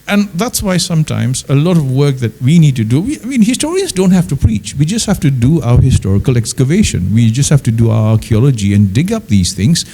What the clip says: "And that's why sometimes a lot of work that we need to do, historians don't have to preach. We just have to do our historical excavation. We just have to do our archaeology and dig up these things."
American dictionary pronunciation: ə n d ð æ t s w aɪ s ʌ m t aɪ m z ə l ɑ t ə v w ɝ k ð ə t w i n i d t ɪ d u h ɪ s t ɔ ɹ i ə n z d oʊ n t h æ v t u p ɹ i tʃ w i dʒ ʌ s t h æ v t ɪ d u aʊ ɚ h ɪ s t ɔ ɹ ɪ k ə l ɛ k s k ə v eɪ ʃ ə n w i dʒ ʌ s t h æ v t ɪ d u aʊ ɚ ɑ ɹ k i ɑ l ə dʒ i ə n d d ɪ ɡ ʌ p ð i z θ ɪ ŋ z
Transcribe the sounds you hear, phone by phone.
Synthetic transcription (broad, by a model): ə n ð æ t s w aɪ s ʌ m t aɪ m z ə l ɑ t ə v w ɝ k ð ə t w i n i d t ɪ d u h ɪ s t ɔ ɹ i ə n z d oʊ n t h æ f t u p ɹ i tʃ w i dʒ ʌ s t h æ f t ɪ d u aʊ ɚ h ɪ s t ɔ ɹ ɪ k ə l ɛ k s k ə v eɪ ʃ ə n w i dʒ ʌ s t h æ f t ɪ d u aʊ ɚ ɑ ɹ k i ɑ l ə dʒ i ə n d d ɪ ɡ ʌ p ð i z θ ɪ ŋ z